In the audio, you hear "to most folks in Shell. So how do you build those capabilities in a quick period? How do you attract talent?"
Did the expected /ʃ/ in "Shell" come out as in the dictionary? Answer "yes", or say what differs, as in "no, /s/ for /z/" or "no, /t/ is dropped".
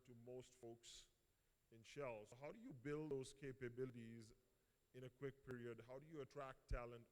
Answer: yes